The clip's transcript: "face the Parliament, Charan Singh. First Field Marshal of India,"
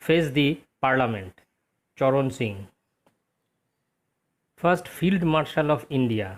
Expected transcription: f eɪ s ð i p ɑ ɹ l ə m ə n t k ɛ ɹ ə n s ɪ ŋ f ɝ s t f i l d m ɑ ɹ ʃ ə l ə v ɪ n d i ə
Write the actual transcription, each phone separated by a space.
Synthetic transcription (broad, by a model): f eɪ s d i p ɑ ɹ l ə m ə n t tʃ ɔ ɹ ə n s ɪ ŋ f ɝ s t f i l d m ɑ ɹ ʃ ə l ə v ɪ n d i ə